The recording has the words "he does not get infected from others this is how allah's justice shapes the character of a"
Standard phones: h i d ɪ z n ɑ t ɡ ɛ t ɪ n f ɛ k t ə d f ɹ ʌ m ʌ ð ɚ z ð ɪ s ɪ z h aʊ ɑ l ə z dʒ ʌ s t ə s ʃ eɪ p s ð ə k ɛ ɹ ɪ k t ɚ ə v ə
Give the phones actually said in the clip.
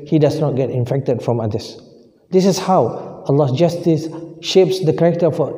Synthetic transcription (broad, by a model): h i d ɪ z n ɑ t ɡ ɛ t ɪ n f ɛ k t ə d f ɹ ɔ m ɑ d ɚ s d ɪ s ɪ s h aʊ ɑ l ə s dʒ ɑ s t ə s ʃ eɪ p s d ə k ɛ k t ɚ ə f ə